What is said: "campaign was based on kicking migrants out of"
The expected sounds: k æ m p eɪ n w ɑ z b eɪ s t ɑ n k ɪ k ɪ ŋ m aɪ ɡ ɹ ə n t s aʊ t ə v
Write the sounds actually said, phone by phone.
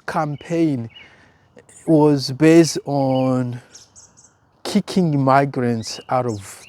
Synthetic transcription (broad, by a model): k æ m p eɪ n w ɑ z b eɪ s t ɑ n k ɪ k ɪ ŋ m aɪ ɡ ɹ ə n t s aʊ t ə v